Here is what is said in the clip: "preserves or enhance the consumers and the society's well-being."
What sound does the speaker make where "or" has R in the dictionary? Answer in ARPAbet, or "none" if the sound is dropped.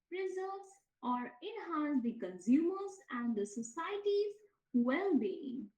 R